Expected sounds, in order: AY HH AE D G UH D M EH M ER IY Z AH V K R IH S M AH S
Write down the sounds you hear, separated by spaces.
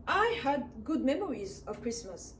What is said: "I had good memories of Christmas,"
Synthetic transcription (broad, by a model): AY HH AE D G UH D M EH M ER IY Z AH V K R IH S M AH S